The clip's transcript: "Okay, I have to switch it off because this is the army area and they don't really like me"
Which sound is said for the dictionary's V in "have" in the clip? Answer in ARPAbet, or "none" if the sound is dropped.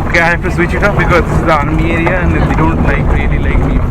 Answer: F